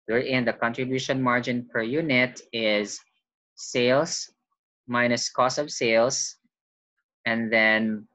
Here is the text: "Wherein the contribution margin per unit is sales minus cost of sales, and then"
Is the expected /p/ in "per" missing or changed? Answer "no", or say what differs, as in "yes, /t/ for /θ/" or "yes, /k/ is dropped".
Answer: no